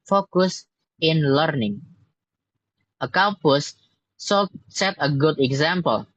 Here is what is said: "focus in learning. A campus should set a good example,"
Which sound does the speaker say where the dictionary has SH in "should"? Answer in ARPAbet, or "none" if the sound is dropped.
S